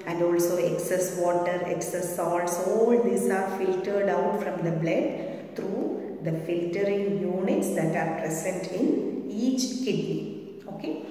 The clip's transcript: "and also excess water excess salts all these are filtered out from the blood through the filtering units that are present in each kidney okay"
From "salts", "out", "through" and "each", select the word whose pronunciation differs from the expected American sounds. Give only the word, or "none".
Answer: through